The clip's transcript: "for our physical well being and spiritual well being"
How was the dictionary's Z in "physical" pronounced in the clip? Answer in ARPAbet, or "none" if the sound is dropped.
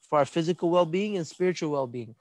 Z